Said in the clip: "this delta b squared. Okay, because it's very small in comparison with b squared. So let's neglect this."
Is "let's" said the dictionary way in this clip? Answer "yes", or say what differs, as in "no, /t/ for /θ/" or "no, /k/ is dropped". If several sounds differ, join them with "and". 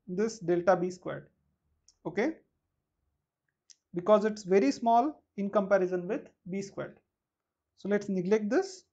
yes